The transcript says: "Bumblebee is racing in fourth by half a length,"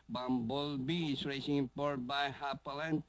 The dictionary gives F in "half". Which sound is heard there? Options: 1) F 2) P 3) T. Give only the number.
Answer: 2